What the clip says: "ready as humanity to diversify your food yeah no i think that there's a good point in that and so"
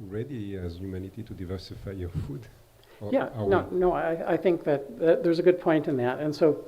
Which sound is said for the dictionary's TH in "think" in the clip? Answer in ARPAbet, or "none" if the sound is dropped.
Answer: TH